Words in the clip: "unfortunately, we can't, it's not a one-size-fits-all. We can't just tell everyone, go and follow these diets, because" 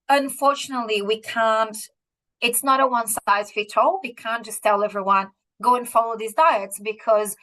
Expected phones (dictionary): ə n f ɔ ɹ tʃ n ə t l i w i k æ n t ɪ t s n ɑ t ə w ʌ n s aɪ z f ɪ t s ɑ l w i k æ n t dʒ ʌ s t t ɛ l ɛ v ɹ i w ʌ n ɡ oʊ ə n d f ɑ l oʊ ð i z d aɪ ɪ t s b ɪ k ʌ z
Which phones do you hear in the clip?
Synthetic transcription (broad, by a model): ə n f ɔ ɹ tʃ n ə t l i w i k æ n t ɪ t s n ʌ t ə w ʌ n s aɪ z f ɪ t ɑ l w i k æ n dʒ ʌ s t t ɛ l ɛ v ɹ i w ʌ n ɡ oʊ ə n f ɑ l oʊ ð i z d aɪ ɪ t s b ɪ k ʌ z